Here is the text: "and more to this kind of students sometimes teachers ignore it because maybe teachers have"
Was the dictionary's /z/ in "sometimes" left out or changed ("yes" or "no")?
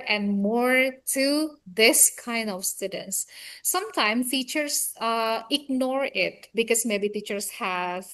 yes